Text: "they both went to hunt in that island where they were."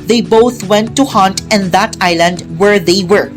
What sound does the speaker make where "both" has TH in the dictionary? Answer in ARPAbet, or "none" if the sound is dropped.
T